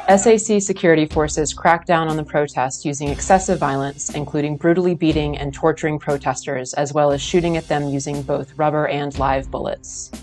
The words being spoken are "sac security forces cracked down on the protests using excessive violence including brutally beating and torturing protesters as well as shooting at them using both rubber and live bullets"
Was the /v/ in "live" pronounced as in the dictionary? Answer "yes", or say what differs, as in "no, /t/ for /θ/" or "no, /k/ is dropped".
yes